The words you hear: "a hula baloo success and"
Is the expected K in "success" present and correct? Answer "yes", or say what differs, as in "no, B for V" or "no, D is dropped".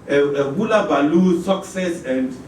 yes